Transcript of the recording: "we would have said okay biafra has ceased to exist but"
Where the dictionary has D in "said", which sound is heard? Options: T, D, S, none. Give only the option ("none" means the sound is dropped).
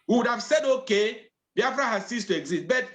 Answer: D